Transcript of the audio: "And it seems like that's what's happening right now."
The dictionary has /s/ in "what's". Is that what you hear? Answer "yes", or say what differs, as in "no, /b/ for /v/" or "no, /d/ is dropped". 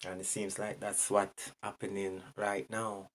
no, /s/ is dropped